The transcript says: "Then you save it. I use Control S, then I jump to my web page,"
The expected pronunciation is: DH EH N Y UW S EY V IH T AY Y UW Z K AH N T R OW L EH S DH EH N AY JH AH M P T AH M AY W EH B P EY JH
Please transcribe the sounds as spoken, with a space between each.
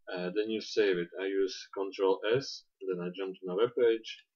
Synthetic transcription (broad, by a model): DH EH N Y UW S EY V IH T AY Y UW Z K AH N T R OW L EH S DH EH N AY JH AH M P T M AY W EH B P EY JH